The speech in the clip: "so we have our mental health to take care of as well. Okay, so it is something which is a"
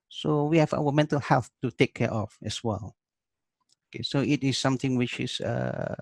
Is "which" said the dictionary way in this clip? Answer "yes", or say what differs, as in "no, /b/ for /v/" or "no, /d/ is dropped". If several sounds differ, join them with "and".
yes